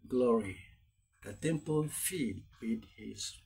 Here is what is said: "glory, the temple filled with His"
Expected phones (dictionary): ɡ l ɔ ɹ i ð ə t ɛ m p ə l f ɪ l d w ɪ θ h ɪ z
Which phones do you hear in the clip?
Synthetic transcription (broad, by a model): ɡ l ɔ ɹ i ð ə t ɛ m p ə l f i d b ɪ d h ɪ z